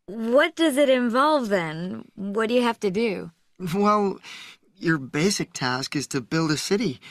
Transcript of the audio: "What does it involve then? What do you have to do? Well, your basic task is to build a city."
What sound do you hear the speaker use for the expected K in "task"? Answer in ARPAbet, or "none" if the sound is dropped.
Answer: K